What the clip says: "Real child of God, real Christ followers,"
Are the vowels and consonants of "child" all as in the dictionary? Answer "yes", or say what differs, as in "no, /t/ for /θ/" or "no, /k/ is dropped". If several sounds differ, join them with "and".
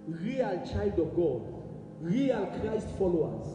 yes